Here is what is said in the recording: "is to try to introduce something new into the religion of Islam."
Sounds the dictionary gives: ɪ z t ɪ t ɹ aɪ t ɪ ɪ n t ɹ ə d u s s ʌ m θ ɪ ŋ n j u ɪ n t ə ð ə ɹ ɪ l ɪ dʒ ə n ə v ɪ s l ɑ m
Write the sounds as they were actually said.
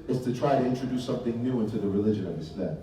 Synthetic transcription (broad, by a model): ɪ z t ɪ t ɹ aɪ t ɪ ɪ n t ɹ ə d u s s ʌ m θ ɪ ŋ n j u ɪ n t ə ð ə ɹ ɪ l ɪ dʒ ə n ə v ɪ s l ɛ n